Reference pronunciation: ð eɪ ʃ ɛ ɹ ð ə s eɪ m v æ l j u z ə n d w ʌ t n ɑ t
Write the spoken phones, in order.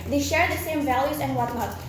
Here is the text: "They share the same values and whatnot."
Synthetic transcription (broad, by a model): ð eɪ ʃ ɛ ɹ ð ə s eɪ m v æ l j u z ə n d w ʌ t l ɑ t